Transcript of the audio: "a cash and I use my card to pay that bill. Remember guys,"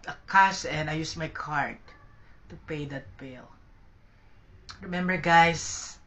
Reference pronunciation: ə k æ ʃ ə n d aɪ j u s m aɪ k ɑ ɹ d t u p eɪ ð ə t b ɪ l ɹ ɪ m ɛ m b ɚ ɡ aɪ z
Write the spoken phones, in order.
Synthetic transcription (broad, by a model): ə k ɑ s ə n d aɪ j u s m aɪ k ɑ ɹ d t u p eɪ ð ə t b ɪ l ɹ ɪ m ɛ m b ɚ ɡ aɪ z